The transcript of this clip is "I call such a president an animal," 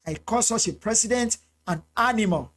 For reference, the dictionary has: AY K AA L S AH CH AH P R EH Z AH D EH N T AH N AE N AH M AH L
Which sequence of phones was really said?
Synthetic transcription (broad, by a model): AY K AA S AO S AH P R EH S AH D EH N T AH N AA N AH M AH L